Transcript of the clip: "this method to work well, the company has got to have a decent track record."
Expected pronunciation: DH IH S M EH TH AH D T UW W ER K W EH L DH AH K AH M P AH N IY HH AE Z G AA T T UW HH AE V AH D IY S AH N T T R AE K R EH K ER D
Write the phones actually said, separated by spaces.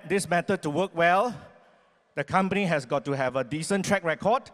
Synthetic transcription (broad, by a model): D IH S M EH T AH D T UW W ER K W EH L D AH K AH M P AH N IY HH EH S G AA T T UW HH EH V AH D IY S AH N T T R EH K R EH K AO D